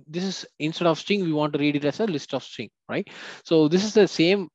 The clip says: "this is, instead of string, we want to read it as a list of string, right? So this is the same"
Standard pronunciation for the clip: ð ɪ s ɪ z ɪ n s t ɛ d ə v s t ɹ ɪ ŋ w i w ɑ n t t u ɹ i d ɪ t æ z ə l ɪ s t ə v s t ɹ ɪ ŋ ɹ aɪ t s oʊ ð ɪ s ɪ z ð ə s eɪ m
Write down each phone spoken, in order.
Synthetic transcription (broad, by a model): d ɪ s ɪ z ɪ n s t ɛ d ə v s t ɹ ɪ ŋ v i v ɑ n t t u ɹ i d ɪ t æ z ə l ɪ s t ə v s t ɪ ŋ ɹ aɪ t s oʊ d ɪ s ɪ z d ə s eɪ m